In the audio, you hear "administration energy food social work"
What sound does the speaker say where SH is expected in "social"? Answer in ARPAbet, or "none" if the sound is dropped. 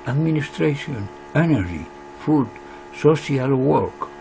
S